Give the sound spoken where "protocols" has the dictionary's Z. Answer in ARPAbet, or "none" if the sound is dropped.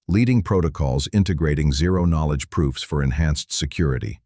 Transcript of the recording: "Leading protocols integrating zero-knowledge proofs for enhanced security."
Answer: Z